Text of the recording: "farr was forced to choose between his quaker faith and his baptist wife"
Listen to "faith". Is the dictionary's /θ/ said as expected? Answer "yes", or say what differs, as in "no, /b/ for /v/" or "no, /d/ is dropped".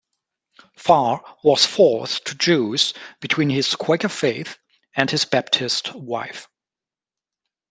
yes